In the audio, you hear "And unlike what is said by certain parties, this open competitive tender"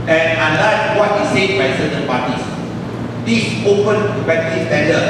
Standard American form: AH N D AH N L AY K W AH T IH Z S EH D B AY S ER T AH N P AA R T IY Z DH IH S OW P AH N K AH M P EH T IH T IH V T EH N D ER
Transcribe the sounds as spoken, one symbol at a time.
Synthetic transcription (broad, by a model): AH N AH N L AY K W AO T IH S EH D B AY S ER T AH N P AA T IY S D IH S OW P AH N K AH P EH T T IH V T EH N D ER